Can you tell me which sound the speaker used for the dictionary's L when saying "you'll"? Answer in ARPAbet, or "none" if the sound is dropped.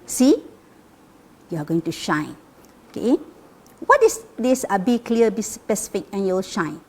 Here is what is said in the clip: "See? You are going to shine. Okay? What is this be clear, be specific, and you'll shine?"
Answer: W